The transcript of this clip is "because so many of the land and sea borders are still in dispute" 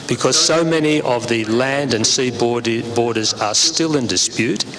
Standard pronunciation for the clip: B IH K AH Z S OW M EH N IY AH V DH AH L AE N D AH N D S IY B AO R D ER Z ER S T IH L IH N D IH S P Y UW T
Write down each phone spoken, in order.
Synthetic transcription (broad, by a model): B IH K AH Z S OW M EH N IY AH V DH AH L AE N D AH N S IY B AO R D ER Z ER S T IH L IH N D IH S P Y UW T